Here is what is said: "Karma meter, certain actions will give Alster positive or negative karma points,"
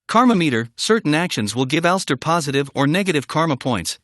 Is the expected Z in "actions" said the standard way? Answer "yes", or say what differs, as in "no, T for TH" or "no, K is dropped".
yes